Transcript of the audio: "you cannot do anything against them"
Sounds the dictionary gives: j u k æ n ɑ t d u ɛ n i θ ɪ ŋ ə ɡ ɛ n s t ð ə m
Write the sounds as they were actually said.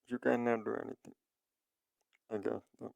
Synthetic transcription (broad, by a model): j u k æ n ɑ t d u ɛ n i t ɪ ŋ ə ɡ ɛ s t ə